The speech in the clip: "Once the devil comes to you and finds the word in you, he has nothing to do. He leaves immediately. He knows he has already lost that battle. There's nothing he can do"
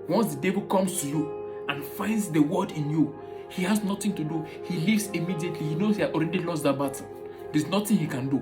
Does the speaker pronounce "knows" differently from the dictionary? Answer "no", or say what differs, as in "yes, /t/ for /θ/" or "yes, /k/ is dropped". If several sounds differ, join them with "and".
yes, /z/ is dropped